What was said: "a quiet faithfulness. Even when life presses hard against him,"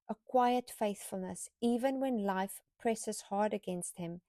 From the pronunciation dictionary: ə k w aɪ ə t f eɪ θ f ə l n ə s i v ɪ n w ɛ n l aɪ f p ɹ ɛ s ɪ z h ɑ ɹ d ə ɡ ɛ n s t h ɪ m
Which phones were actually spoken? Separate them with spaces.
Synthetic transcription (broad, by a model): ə k w aɪ ə t f eɪ θ f ə l n ə s i v ɪ n w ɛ n l aɪ f p ɹ ɛ s ɪ z h ɑ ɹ d ə ɡ ɛ n s t h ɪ m